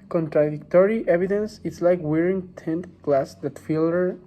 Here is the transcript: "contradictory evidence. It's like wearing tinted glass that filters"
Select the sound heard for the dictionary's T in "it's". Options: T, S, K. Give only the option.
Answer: T